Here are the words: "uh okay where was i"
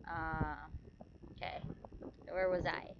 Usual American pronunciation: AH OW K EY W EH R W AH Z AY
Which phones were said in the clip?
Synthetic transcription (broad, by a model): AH OW K EY W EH R W AH Z AY